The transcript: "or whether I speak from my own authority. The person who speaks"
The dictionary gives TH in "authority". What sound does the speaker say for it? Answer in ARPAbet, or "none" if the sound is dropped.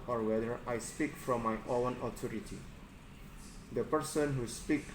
T